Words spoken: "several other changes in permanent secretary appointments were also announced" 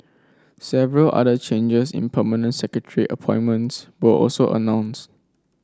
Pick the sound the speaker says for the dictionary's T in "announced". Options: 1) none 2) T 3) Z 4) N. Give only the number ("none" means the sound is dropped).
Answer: 2